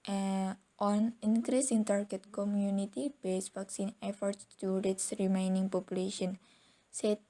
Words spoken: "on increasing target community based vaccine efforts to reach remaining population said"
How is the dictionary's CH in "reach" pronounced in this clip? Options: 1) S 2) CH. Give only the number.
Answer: 1